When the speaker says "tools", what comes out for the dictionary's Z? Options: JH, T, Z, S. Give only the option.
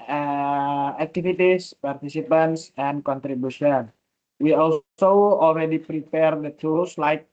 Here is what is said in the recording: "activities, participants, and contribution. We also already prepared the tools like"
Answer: S